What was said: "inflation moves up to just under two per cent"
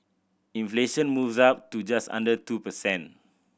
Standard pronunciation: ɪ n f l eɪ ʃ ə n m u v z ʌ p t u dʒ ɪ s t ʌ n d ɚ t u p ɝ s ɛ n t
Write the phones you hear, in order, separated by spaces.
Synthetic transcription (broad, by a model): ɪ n f l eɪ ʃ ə n m u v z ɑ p t u dʒ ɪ s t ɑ n d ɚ t u p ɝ s ɛ n